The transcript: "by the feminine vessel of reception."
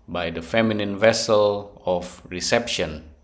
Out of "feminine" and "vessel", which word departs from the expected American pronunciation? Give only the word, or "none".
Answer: none